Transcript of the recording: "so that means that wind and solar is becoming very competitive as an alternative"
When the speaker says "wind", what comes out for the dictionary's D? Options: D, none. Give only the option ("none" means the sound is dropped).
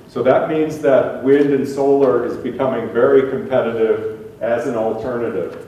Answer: D